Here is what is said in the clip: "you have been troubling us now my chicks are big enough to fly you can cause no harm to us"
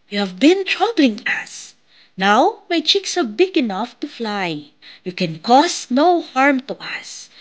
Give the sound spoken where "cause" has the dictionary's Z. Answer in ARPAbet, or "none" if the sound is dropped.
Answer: S